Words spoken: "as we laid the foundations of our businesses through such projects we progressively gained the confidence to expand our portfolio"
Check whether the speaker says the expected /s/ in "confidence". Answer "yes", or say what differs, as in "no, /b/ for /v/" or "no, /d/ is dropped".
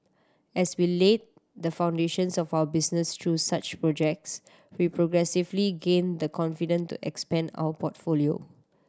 no, /s/ is dropped